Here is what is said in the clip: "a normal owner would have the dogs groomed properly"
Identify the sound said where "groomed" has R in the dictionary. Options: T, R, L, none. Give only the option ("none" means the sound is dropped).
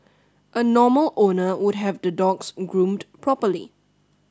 R